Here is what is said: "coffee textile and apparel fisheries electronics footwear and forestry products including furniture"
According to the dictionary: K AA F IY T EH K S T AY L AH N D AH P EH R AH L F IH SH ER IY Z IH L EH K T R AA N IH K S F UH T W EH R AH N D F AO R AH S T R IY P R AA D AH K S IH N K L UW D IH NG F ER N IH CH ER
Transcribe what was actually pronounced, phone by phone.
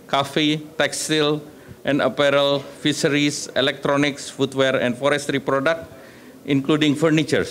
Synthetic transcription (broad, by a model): K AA F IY T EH K S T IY L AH N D AH P EH R AH L F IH S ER IY S IH L EH K T R AA N IH K S F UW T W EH R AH N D F AO R AH S T R IY P R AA D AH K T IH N K L UW D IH NG F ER N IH CH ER